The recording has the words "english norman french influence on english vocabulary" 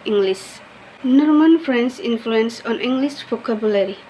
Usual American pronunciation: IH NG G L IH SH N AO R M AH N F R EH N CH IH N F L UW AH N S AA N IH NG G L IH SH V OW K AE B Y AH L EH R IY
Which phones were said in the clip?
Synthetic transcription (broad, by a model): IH NG G L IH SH N AO R M AH N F R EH N S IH N F L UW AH N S AA N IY NG G L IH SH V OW K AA B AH L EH R IY